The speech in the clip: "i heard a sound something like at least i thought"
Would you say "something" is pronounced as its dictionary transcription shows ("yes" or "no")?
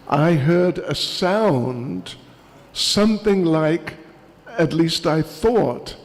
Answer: yes